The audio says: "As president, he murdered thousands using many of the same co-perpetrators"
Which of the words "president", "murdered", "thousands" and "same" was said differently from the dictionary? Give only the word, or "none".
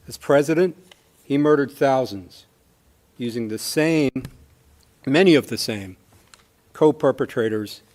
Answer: none